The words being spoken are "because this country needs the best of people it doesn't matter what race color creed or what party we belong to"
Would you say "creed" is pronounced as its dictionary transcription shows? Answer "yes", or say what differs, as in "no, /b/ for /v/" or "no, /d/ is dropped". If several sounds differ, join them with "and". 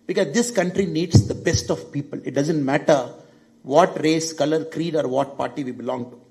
yes